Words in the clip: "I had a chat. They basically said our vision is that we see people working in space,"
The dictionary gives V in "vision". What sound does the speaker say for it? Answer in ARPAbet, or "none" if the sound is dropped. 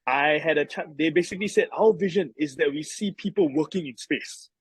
V